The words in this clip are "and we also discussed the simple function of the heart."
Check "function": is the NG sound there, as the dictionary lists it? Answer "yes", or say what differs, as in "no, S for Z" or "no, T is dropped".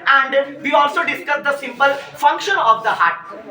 yes